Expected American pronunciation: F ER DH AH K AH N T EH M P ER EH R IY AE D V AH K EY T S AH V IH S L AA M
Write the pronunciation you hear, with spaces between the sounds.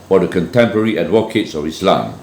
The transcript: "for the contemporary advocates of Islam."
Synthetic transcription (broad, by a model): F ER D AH K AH N T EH M P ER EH R IY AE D W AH K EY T S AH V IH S L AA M